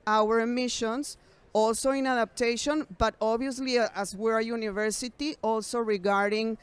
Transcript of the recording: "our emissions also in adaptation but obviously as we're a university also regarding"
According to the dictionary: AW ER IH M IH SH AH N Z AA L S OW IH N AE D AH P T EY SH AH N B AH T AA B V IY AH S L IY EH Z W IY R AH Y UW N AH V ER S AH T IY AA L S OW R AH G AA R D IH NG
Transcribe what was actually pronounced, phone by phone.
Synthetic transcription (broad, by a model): AW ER M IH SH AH N S AA L S OW IH N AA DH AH P T EY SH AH N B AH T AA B IY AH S L IY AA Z W IY R AH Y UW N AH V ER S AH T IY AA L S OW R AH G AA R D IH NG